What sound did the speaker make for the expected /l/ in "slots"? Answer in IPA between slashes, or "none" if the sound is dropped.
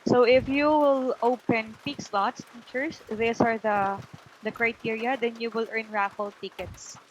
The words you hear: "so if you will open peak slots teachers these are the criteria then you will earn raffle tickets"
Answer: /l/